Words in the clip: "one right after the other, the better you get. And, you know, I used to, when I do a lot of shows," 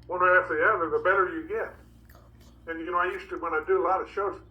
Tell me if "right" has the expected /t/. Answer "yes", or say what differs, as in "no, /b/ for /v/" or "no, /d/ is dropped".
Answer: no, /t/ is dropped